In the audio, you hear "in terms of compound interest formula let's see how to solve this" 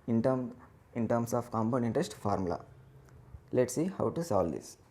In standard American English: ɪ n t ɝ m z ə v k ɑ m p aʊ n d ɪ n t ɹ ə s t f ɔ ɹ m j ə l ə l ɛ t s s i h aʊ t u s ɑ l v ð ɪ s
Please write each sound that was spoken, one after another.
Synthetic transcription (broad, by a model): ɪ n t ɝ m s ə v k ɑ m b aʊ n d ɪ n t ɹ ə s t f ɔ ɹ m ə l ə l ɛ t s s i h aʊ t u s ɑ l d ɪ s